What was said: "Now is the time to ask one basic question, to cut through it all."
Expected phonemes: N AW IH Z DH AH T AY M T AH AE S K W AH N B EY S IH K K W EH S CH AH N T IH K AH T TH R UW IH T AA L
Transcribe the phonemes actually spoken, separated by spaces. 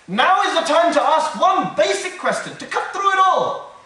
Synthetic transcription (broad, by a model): N AW IH Z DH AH T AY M T AH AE S K W AH N B EY S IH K K W EH S CH AH N T IH K AH T TH R UW IH T AA L